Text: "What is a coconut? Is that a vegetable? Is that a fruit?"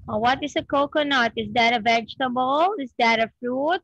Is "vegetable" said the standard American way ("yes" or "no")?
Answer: yes